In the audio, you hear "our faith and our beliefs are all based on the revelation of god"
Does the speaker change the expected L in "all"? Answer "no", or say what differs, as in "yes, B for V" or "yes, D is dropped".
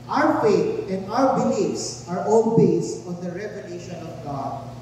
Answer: yes, N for L